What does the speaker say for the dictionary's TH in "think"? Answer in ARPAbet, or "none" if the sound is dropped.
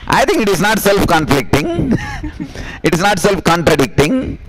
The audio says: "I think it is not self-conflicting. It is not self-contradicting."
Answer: T